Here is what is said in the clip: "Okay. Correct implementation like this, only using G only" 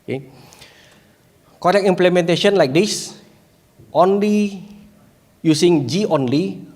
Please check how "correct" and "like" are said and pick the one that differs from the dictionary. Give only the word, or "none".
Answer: correct